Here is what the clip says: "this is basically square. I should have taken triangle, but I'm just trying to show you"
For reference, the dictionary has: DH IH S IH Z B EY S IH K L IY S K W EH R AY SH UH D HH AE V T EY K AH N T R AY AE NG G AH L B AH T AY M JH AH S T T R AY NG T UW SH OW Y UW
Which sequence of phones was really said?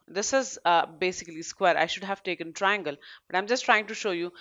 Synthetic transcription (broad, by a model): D IH S IH Z B EY S IH K L IY S K W EH R AY SH UH D HH AE V T EY K AH N T R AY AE NG G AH L B AH T AY M JH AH S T T R AY NG T UW SH OW Y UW